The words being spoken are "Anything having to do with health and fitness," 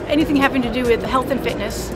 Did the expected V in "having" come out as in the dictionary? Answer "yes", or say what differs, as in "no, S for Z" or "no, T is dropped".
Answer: no, P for V